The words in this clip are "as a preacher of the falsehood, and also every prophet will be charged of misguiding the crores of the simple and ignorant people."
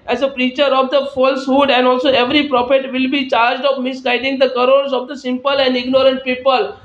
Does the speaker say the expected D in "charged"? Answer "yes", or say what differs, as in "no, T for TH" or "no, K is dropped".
yes